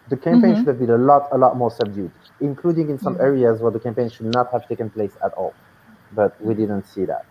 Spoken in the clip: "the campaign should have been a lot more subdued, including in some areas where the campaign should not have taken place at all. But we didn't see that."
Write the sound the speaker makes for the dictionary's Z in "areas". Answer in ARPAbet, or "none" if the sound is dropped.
Z